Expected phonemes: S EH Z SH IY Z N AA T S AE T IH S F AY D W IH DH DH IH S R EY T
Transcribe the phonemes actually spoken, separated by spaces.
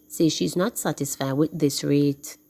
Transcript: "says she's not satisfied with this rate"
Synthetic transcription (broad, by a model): S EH SH IY Z N AA T S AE T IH S F AY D W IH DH DH IH S R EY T